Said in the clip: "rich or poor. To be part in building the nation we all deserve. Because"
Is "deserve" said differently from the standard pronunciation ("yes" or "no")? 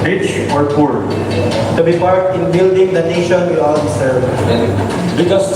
yes